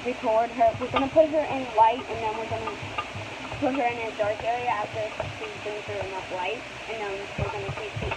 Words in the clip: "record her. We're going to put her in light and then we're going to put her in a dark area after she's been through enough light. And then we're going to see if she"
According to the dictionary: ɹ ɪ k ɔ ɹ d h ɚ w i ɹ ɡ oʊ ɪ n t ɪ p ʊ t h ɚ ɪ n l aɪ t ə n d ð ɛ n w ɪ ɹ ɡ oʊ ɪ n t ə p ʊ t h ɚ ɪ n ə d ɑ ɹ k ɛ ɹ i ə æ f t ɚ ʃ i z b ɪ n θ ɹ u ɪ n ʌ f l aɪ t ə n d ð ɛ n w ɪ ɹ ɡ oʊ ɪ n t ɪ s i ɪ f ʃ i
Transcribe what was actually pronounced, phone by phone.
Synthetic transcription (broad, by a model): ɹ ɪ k ɔ ɹ d ɚ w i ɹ ɡ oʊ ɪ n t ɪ p ʊ t h ɚ ɪ n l aɪ t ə n ð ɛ n w ɪ ɹ ɡ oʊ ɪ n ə p ʊ t h ɚ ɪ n ə d ɑ ɹ k ɛ ɹ i ə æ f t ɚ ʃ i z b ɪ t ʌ ɹ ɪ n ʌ p l aɪ t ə n ð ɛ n w ɪ ɹ ɡ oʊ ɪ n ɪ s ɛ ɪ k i